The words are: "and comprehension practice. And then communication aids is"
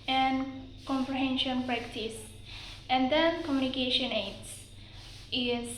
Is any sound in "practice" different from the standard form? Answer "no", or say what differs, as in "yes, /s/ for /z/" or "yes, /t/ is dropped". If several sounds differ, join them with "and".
no